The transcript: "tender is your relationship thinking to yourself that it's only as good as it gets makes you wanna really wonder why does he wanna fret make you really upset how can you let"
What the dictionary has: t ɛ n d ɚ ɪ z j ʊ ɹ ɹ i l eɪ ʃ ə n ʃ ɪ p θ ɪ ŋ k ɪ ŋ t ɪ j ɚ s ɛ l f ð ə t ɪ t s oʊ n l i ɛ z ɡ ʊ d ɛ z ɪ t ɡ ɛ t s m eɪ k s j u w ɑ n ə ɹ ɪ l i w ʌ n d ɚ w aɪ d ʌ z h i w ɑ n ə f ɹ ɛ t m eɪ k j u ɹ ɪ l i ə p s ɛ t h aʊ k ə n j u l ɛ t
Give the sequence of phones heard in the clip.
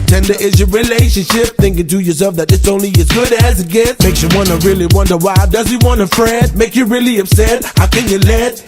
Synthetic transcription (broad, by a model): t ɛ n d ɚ ɪ z j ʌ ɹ ɹ i l eɪ ʃ ə n ʃ ɪ p θ ɪ ŋ k ɪ ŋ t ɪ j ɚ s ɛ l f ð ə t ɪ t s oʊ n l i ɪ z ɡ ʊ d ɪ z ɪ t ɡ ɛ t m eɪ k s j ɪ w ɑ n ə ɹ ɪ l i w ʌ n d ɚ w aɪ d ʌ z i w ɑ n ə f ɹ ɛ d m eɪ k j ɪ ɹ ɪ l i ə b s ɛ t h aʊ k ə n j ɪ l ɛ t